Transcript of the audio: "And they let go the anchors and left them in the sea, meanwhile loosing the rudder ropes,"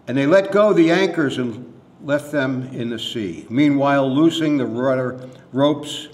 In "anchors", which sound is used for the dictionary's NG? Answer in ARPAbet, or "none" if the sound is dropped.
NG